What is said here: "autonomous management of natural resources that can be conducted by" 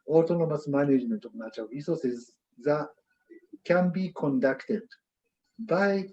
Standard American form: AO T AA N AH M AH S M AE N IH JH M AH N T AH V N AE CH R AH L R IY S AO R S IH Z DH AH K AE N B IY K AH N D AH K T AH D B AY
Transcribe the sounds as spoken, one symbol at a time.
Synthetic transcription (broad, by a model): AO T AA N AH M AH S M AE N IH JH M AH N T AH V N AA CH AH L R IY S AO S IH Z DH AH K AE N B IY K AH N D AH K T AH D B AY